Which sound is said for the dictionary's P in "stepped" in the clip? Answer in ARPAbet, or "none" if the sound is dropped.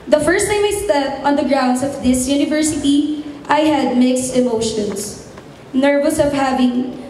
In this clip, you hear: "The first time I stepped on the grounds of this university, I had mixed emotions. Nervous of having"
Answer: none